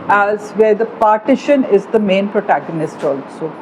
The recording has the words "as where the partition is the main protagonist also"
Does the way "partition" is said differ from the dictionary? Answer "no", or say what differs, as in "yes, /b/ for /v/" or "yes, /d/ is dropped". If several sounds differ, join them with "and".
no